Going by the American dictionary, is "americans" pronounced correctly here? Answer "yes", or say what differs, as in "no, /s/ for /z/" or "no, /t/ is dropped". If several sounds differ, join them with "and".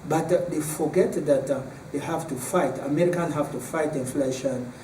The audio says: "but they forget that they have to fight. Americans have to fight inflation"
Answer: no, /z/ is dropped